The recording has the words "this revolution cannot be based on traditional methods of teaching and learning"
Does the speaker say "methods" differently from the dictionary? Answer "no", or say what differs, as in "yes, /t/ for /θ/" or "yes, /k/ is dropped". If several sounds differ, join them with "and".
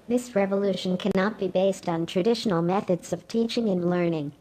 no